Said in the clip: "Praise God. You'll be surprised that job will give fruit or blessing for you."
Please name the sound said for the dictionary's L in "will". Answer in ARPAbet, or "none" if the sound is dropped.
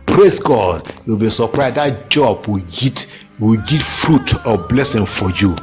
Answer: W